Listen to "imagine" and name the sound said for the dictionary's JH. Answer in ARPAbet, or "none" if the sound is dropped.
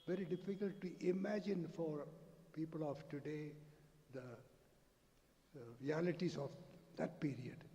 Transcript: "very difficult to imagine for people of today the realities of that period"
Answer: JH